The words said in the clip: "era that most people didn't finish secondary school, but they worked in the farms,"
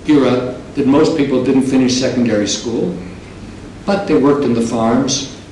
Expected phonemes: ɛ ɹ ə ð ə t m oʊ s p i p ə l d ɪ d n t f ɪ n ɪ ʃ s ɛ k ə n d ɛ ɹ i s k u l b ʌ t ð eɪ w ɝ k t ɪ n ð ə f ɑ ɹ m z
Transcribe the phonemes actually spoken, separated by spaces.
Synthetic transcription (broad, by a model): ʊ ɹ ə ð ə t m oʊ s p i p l d ɪ d n t f ɪ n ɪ ʃ s ɛ k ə n d ɛ ɹ i s k u l b ʌ t ð eɪ w ɝ k t ɪ n ð ə f ɑ ɹ m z